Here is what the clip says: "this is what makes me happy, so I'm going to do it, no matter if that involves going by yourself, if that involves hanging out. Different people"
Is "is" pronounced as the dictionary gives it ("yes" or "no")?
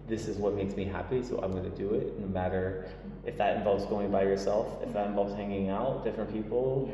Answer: yes